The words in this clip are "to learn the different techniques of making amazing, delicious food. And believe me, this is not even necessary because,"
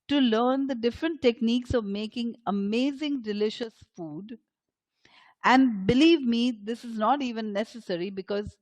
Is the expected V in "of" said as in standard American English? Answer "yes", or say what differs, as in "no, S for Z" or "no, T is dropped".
yes